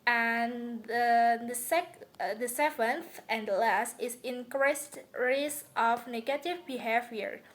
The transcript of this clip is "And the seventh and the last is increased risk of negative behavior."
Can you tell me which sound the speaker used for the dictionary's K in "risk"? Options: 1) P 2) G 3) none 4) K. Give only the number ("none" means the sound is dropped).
3